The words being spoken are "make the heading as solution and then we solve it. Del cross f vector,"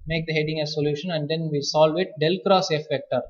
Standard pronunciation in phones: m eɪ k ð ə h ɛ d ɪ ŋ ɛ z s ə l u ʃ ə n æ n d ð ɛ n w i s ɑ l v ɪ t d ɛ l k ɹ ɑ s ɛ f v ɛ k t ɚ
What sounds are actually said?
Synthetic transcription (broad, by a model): m eɪ k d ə h ɛ d ɪ ŋ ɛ s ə l u ʃ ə n æ n d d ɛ n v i s ɑ l v ɪ t d ɛ l k ɹ ɑ s ɛ f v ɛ k t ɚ